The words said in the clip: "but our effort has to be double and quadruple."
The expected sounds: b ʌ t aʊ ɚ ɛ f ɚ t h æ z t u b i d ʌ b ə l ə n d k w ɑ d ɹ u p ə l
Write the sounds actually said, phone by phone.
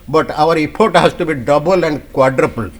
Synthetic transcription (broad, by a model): b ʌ t aʊ ɚ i p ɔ t h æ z t u b i d ʌ b ə l ə n d k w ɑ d ɹ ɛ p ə l